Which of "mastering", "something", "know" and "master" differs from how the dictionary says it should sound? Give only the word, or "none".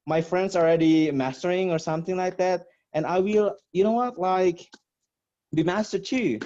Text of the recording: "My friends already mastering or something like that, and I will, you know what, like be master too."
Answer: none